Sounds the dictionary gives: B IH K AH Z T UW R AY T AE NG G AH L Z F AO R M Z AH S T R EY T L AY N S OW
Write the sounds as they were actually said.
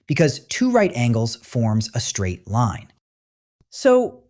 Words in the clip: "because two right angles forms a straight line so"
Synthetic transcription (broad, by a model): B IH K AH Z T UW R AY T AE NG G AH L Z F AO R M Z AH S T R EY T L AY N S OW